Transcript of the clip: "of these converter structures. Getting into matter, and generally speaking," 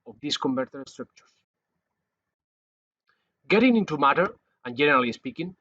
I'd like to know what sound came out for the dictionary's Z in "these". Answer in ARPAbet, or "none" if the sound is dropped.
S